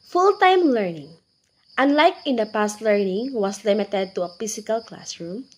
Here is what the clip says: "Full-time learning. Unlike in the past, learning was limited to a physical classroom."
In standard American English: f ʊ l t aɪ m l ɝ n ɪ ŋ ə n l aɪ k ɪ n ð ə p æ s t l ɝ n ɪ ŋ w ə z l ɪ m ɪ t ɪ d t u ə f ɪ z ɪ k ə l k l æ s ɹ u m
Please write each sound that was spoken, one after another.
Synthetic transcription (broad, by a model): f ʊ l t aɪ m l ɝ n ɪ ŋ ə n l aɪ k ɪ n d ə p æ s t l ɝ n ɪ ŋ w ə s l ɪ m ɪ t ɪ d t u ə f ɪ s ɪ k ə l k l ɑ s ɹ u m